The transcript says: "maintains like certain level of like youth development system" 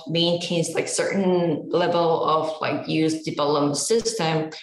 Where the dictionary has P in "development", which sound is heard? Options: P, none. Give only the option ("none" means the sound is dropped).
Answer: none